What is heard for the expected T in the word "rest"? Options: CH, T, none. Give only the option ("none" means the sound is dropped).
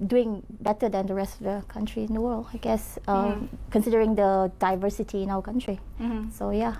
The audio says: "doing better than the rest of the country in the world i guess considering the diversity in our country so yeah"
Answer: T